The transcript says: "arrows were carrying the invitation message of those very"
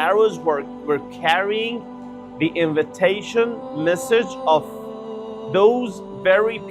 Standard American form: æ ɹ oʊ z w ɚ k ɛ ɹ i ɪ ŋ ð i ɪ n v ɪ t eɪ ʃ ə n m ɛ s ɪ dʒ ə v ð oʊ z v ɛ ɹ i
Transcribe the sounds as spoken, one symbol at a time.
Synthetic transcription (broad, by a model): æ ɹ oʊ z w ɚ k ɛ ɹ i ɪ ŋ ð i ɪ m v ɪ t eɪ ʃ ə n m ɛ s ɪ dʒ ə v ð oʊ z v ɛ ɹ i